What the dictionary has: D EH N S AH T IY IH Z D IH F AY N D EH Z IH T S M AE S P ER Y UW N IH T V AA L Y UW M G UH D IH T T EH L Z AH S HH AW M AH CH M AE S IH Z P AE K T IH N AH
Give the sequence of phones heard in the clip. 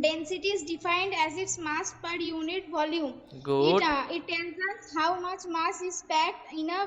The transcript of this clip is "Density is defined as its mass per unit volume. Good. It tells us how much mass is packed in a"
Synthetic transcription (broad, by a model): D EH N S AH T IY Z D IH F AY N D EH Z IH T S M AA S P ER Y UW N IH T V AA L Y UW M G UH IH IH T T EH N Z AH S HH AW M AH CH M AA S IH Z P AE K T IH N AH